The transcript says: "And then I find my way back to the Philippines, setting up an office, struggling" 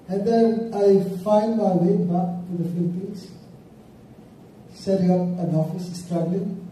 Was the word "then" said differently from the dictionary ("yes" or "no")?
yes